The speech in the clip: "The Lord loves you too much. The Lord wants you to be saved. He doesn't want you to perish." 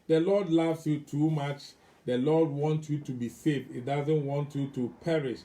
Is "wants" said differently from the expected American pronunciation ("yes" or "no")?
yes